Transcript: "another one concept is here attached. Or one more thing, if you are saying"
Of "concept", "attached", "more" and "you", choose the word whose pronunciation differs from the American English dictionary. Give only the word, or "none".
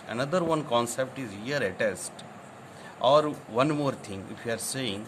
attached